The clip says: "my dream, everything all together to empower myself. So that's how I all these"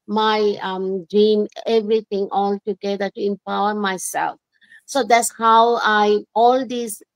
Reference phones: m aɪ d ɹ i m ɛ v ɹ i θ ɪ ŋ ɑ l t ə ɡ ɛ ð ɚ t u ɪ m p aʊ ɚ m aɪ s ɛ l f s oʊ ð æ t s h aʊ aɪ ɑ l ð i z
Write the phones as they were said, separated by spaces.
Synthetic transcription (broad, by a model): m aɪ d ɹ i m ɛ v ɹ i t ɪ ŋ ɑ l t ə ɡ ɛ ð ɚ t u ɪ m p aʊ ɚ m aɪ s ɛ l f s oʊ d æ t s h aʊ aɪ ɑ l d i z